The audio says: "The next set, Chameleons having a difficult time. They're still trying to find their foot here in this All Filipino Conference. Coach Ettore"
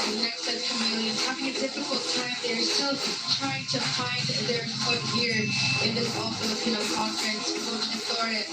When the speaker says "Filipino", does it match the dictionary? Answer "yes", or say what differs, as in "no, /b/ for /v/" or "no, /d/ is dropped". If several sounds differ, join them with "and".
no, /l/ is dropped